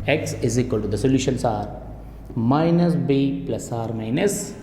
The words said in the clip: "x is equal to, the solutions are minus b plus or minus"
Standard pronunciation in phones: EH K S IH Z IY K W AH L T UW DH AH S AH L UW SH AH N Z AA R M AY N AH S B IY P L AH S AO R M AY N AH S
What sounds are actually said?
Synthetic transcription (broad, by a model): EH K S IH Z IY K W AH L T UW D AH S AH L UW SH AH N S AA R M AY N AH S B IY P L AH S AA R M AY N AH S